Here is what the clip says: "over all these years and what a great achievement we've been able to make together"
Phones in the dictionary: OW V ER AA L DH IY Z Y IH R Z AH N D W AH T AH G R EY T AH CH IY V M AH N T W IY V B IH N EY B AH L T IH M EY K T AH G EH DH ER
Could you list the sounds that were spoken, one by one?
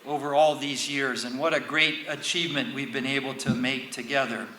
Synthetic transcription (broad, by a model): OW V ER AA L DH IY Z Y IH R Z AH N W AH T AH G R EY T AH CH IY V M AH N T W IY V B IH N EY B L T IH M EY K T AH G EH DH ER